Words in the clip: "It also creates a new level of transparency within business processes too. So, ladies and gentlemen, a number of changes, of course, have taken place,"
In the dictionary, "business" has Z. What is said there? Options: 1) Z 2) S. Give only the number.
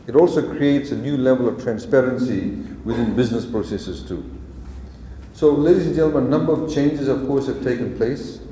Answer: 1